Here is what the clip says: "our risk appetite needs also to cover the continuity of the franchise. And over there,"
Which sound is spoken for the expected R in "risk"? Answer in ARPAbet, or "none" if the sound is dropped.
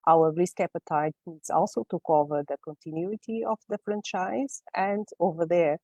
L